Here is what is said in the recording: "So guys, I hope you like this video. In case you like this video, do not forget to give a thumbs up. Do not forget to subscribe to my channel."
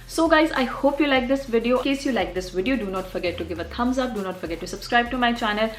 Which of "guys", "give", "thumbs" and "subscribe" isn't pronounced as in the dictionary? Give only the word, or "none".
thumbs